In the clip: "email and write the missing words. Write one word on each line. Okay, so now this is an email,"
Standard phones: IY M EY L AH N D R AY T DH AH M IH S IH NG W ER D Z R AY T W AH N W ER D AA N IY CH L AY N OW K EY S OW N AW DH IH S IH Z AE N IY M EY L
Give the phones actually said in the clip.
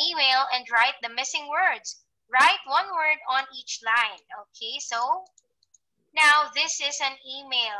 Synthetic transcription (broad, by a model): IY M EY L AH N D R AY T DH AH M IH S IH NG W ER D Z R AY T W AH N W ER D AA N IY CH L AY N OW K EY S OW N AW DH IH S IH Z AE N IY M EY L